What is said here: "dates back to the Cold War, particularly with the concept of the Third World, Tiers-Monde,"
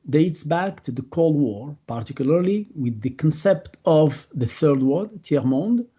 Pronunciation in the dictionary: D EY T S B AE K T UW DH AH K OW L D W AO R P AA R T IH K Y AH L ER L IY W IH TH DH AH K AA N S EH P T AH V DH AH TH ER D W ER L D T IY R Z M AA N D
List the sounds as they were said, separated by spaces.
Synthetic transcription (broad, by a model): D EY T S B AE K T UW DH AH K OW L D W AO R P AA R T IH K Y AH L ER L IY W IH DH AH K AA N S EH P T AH V DH AH TH ER D W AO D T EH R M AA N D